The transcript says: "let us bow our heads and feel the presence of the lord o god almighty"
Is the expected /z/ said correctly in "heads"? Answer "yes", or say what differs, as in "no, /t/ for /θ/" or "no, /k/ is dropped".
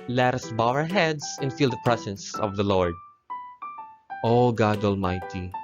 no, /s/ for /z/